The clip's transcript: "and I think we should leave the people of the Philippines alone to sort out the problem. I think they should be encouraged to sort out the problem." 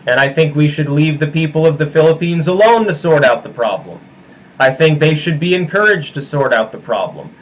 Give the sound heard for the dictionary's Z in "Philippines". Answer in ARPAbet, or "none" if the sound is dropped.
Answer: Z